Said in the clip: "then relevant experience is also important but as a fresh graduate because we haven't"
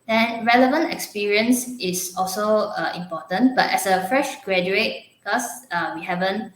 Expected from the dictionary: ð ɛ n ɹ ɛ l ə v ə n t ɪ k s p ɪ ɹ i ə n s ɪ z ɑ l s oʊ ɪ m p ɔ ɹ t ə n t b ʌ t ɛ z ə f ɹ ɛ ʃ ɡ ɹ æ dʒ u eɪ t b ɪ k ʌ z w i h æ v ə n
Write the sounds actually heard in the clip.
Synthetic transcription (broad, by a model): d ɛ n ɹ ɛ l ə v ə n t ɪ k s p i ɹ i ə n s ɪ s ɑ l s oʊ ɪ m p ɔ t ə n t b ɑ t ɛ s ə f ɹ ɛ ʃ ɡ ɹ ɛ dʒ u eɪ t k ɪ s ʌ w i h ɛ v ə n